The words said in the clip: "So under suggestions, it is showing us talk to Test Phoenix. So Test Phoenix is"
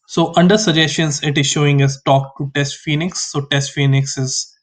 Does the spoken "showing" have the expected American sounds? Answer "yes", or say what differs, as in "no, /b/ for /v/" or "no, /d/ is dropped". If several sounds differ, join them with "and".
yes